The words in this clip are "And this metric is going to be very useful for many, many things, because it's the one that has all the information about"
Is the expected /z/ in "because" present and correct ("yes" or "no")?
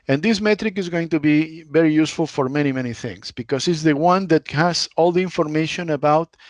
no